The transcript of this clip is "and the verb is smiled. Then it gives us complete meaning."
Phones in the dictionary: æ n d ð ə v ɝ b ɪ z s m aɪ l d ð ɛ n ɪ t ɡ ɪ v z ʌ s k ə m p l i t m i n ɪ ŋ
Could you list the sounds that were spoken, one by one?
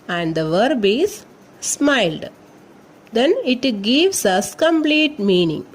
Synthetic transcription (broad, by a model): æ n d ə v ɝ b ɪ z s m aɪ l d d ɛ n ɪ t ɡ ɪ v s ʌ s k ə m p l i t m i n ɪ ŋ